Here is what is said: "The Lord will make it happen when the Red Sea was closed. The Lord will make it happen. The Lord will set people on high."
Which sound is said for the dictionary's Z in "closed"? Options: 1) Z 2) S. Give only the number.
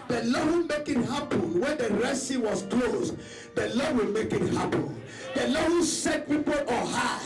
2